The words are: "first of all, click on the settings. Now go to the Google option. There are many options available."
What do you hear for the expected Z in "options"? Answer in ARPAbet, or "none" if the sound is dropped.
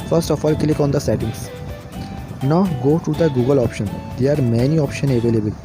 none